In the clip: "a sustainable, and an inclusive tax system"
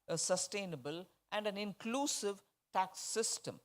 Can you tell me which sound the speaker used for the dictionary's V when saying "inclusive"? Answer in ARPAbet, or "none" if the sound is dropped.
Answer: V